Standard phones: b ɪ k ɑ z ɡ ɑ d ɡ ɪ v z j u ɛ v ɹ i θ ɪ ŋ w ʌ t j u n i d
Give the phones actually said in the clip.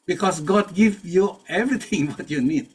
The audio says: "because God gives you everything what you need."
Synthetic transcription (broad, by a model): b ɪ k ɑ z ɡ ɑ d ɡ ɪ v j u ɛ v ɹ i t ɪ ŋ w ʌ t j u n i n